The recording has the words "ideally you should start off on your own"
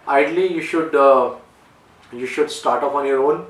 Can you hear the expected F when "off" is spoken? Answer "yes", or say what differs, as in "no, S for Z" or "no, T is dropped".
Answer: no, P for F